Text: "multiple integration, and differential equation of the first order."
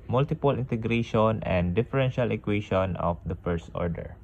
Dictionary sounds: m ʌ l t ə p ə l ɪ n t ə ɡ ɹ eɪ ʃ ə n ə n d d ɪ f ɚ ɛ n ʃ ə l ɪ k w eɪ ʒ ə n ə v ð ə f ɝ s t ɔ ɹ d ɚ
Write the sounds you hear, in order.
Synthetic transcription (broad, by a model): m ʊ l t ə p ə l ɪ n t ə ɡ ɹ eɪ ʃ ə n ə n d d ɪ f ɚ ɛ n ʃ ə l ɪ k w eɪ ʃ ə n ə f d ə f ɝ s t ɔ ɹ d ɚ